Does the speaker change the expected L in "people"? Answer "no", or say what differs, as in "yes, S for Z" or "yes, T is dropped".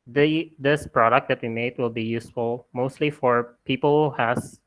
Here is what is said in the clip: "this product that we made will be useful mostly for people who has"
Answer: no